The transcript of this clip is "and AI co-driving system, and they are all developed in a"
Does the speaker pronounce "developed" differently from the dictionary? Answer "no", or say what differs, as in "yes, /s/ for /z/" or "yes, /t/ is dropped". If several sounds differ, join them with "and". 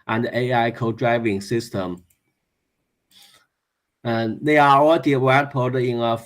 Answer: yes, /w/ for /v/